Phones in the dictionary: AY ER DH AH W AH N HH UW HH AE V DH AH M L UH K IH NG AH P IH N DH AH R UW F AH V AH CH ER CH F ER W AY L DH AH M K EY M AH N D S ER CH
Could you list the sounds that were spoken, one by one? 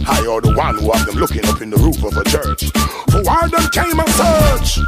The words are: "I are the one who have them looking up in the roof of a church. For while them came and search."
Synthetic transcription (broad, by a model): AY ER DH AH W AH N HH UW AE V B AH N L UH K IH NG AH P IH N DH AH R UW F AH V AH CH ER CH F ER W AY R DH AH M K EY M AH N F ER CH